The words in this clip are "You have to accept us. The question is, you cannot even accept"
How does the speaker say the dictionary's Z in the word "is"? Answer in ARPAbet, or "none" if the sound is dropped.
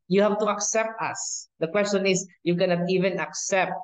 S